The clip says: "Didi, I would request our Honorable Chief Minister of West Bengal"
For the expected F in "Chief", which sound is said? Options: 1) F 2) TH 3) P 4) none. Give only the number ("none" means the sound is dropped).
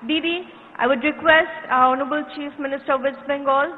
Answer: 1